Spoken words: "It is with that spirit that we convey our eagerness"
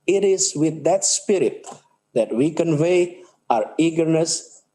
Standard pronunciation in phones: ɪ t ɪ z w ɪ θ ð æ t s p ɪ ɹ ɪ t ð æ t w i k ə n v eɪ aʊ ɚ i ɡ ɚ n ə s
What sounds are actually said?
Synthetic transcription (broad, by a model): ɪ t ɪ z w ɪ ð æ t s p ɪ ɹ ɪ t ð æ t w i k ə n v eɪ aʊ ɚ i ɡ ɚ n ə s